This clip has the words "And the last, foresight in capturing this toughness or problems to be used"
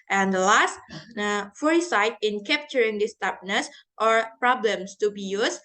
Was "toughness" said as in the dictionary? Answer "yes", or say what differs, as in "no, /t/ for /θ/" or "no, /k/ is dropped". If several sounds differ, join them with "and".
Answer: no, /p/ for /f/